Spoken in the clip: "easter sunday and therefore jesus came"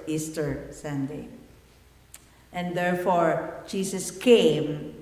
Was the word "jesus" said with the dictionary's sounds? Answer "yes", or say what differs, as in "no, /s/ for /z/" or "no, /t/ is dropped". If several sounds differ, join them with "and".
no, /s/ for /z/